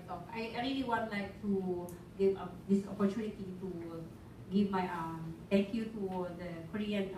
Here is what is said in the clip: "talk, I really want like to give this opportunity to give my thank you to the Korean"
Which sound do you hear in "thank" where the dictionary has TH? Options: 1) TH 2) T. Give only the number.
2